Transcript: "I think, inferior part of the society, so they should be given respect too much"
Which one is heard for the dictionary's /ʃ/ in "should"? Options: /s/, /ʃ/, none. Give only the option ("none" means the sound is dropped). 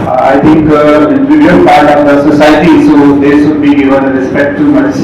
/s/